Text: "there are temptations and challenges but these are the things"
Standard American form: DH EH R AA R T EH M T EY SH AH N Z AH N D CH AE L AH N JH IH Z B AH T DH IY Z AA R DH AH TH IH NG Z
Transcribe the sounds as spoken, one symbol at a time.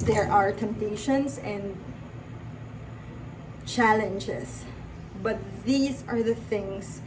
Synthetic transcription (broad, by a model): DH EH R AA R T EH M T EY SH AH N S AH N D CH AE L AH N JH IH S B AH T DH IY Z AA R DH AH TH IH NG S